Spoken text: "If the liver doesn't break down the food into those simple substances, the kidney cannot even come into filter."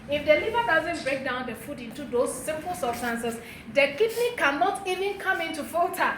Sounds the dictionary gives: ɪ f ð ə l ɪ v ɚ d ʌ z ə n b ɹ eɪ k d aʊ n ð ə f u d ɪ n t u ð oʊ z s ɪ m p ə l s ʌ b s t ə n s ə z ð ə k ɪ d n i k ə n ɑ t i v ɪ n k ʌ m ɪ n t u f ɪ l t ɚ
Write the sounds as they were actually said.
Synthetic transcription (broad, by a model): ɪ f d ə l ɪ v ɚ d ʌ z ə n b ɹ eɪ k d aʊ n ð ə f u d ɪ n t u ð oʊ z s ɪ m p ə l s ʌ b s t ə n s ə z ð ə k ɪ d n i k ə n ɑ t i v ɪ n k ʌ m ɪ n t u f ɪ l t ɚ